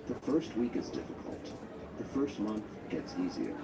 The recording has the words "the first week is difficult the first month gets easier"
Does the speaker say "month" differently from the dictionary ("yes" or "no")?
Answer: no